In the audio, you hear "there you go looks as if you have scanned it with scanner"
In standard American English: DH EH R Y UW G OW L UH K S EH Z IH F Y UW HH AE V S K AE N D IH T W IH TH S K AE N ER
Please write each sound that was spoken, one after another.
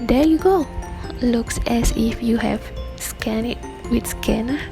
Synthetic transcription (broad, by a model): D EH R Y UW G OW L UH K S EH S IH F Y UW HH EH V S K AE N IH T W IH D S K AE N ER